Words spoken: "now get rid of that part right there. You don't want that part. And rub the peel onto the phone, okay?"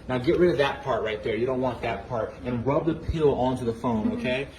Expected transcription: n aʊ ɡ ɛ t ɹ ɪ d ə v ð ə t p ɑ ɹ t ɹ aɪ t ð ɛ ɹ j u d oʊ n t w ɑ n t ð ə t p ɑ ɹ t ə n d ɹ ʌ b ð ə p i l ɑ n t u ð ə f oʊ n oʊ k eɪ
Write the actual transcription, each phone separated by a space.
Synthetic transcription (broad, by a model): n aʊ ɡ ɛ t ɹ ɪ d ə v ð ə t p ɑ ɹ t ɹ aɪ t ð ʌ ɹ j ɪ d oʊ n t w ɑ n ð ə t p ɑ ɹ t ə n ɹ ʌ b ð ə p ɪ l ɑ n t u ð ə f oʊ n oʊ k eɪ